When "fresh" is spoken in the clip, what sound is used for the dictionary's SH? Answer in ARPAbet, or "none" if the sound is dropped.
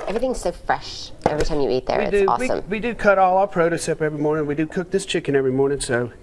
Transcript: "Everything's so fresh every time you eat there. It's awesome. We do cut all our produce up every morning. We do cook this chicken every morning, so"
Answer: SH